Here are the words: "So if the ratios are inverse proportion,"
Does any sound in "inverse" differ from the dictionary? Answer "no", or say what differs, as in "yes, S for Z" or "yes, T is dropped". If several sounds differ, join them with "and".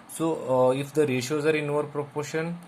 yes, S is dropped